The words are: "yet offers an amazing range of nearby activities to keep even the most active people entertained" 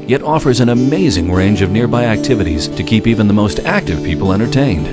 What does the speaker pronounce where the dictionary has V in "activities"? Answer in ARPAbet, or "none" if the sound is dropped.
V